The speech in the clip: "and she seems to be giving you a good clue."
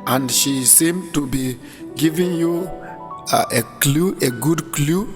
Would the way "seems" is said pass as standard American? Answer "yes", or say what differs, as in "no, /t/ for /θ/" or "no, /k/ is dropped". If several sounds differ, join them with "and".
no, /z/ is dropped